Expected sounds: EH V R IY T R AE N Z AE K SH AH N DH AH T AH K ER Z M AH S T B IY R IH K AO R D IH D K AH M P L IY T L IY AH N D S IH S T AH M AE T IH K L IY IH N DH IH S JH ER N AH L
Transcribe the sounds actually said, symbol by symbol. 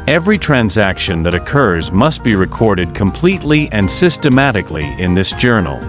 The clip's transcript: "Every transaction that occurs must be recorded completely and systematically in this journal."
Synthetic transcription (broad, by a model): EH V R IY T R AE N Z AE K SH AH N DH AH T AH K ER Z M AH S T B IY R IH K AO R D IH D K AH M P L IY T L IY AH N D S IH S T AH M AE T IH K L IY IH N DH IH S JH ER N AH L